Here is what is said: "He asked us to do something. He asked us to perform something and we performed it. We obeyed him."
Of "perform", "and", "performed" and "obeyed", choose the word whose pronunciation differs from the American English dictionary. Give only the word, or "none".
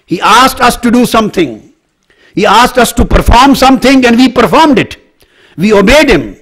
none